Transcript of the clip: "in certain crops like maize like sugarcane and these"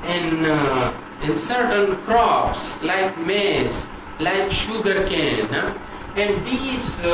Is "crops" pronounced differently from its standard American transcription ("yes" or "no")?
no